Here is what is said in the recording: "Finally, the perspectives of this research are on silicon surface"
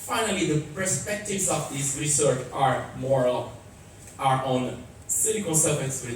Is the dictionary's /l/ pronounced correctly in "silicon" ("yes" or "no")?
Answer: no